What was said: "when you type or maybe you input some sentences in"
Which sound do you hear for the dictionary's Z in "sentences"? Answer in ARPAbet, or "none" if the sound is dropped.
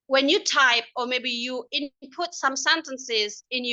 Z